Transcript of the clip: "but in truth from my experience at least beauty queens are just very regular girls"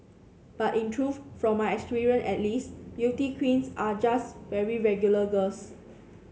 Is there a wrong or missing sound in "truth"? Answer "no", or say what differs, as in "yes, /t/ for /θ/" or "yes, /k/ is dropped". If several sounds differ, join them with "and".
yes, /f/ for /θ/